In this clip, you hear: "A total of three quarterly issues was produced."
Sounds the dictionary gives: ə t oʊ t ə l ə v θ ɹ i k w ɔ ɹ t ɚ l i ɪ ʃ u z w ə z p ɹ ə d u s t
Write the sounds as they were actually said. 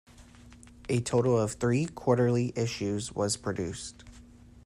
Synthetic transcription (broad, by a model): ə t oʊ t l ə v θ ɹ i k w ɔ ɹ t ɚ l i ɪ ʃ u z w ə z p ɹ ə d u s t